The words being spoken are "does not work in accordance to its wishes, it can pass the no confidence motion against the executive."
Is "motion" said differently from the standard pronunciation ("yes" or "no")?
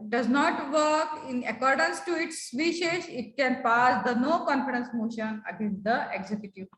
no